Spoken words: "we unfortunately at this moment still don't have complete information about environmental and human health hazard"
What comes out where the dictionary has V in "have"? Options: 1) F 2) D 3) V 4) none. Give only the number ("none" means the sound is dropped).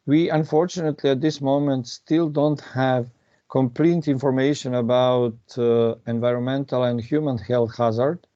3